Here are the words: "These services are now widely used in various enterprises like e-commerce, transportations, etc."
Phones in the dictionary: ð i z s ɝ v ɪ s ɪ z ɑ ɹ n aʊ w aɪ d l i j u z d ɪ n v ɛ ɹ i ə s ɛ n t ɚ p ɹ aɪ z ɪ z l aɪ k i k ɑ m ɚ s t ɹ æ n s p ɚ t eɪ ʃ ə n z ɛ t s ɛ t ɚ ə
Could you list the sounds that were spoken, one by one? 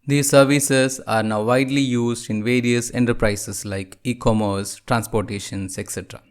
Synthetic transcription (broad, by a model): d i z s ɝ v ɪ s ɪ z ɑ ɹ n aʊ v aɪ d l i j u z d ɪ n v ɛ ɹ i ə s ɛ n t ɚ p ɹ aɪ s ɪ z l aɪ k i k ɑ m ɚ s t ɹ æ n s p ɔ t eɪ ʃ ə n s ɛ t s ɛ t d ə